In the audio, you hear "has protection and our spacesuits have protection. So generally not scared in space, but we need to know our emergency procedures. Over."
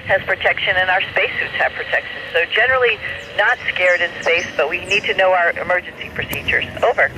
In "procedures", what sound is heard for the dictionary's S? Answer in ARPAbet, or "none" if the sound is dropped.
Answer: S